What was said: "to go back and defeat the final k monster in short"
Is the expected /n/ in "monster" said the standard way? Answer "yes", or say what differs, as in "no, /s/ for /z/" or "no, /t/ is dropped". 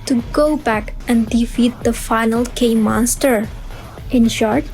yes